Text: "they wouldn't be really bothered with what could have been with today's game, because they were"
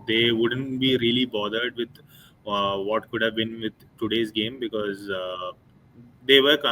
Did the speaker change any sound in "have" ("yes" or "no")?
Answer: no